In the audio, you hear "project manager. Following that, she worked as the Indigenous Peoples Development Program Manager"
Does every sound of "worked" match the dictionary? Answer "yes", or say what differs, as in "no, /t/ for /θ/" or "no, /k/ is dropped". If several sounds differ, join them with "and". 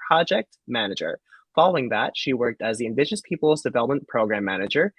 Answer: yes